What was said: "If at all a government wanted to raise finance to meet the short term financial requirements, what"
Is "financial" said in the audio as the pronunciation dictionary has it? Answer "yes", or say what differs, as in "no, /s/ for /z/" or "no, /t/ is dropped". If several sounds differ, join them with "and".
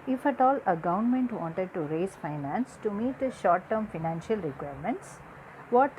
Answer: yes